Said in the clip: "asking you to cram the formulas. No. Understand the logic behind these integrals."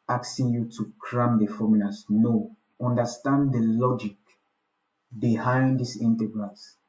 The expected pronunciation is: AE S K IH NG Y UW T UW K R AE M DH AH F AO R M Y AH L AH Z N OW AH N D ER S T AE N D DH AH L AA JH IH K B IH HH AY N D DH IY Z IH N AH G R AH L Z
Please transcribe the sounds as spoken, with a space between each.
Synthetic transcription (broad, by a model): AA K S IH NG Y UW T UW K R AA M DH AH F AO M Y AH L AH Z N OW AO N D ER S T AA N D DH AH L AA JH IH K B IH HH AY N D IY S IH N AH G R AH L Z